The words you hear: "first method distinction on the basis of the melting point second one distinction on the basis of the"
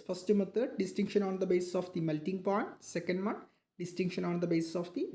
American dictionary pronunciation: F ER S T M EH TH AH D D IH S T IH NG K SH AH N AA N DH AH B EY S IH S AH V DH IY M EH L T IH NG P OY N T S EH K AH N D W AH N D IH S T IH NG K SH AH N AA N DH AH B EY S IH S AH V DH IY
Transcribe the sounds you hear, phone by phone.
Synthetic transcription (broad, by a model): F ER S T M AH T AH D D IH S T IH NG K SH AH N AA N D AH B EY S IH S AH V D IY M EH L T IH NG P OY N T S EH K AH N D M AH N D IH S T IH NG K SH AH N AA N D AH B EY S IH S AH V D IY